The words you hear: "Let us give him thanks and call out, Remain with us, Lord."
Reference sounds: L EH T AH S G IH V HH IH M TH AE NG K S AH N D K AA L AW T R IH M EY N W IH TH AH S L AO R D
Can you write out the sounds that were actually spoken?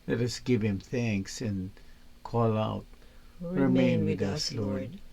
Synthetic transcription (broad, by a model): L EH T AH S G IH V HH IH M TH AE NG K S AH N K AA L AW T R IH M EY N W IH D AH S L AO R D